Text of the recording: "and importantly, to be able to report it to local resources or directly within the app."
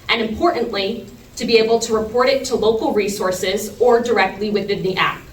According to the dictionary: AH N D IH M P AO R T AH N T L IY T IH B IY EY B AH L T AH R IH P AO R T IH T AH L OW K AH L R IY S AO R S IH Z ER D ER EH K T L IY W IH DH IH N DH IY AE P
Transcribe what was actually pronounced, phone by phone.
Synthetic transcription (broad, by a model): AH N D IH M P AO R T N T L IY T IH B IY EY B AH L T AH R IH P AO R T IH T AH L OW K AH L R IY S AO R S IH Z ER D ER EH K T L IY W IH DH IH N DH IY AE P